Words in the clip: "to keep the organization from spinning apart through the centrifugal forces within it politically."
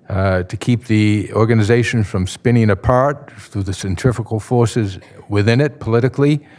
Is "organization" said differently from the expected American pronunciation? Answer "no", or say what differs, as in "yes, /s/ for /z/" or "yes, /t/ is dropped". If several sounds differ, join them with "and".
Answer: no